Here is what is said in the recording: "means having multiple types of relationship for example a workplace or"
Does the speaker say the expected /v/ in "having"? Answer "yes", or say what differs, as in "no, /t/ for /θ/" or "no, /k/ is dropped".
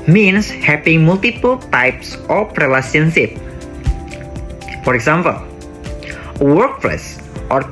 no, /p/ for /v/